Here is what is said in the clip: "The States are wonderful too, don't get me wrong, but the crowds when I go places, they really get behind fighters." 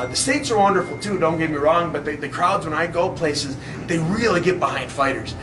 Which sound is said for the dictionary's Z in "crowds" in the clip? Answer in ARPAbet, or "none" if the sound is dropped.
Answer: Z